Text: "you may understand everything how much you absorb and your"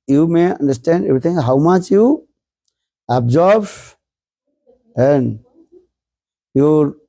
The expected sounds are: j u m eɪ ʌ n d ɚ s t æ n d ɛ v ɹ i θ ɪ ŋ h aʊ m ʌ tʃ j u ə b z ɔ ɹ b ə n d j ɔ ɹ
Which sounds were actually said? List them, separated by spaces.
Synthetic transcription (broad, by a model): j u m eɪ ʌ n d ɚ s t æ n d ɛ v ɹ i t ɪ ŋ h aʊ m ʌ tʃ j u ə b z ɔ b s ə n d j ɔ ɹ